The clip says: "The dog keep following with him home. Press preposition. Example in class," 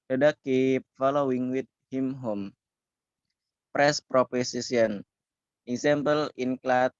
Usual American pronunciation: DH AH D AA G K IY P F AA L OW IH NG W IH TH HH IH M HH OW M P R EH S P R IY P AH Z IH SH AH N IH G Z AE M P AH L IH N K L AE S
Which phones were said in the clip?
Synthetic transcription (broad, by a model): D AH D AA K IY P F AA L OW IH NG W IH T HH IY M HH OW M P R EH S P R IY P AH S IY S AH N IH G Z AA M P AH L IH N K L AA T